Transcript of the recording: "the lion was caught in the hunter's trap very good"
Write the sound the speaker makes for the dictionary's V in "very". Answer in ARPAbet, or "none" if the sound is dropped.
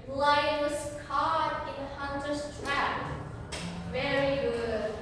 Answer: V